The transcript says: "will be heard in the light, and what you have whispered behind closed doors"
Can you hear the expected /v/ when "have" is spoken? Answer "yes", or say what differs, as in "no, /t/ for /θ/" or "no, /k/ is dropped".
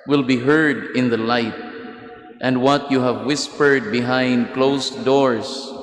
yes